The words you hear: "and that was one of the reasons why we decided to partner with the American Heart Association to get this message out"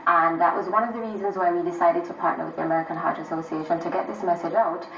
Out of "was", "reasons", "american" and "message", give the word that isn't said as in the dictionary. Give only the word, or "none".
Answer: none